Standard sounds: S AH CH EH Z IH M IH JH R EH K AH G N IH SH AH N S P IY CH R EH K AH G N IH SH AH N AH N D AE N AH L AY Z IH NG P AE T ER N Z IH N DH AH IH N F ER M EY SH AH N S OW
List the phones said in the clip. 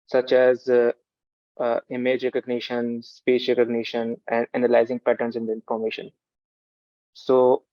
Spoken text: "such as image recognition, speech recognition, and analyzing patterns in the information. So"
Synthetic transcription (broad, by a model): S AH CH EH Z IH M IH JH R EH K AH G N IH SH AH N S P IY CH R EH K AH G N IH SH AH N AH N D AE N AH L AY Z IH NG P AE T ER N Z IH N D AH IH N F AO M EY SH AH N S OW